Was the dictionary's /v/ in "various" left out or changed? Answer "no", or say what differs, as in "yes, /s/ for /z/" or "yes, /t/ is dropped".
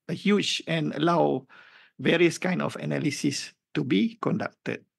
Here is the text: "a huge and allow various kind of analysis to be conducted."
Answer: no